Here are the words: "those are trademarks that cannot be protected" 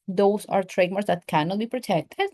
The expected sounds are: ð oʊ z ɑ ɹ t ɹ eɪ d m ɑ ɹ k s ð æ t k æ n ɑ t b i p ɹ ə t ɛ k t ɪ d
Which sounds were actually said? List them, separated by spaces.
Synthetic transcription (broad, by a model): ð oʊ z ɑ ɹ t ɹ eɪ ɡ m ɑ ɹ s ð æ t k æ n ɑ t b i p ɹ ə t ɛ k t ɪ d